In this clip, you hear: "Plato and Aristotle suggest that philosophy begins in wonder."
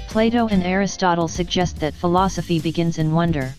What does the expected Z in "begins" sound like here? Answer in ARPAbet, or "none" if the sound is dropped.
Z